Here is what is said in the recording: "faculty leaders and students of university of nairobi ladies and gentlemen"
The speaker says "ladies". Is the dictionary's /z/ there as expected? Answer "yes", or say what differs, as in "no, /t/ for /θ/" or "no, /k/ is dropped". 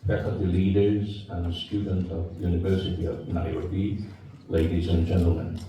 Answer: yes